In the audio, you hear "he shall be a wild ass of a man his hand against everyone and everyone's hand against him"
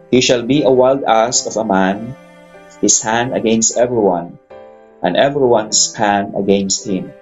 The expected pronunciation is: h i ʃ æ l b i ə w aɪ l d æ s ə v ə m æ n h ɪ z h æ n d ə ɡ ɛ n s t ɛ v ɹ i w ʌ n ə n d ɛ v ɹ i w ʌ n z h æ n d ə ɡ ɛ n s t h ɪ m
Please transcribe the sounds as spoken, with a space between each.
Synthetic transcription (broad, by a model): h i ʃ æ l b i ə w aɪ l d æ s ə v ə m æ n h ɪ s h æ n d ə ɡ ɛ n s t ɛ v ɹ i w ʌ n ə n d ɛ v ɹ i w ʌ n s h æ n ə ɡ ɛ n s t h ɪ m